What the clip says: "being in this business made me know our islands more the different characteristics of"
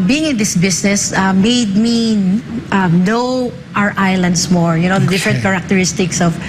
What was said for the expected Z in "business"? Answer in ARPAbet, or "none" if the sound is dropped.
S